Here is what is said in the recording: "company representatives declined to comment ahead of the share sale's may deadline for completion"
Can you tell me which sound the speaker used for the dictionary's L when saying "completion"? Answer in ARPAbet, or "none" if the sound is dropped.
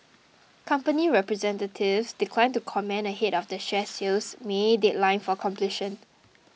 L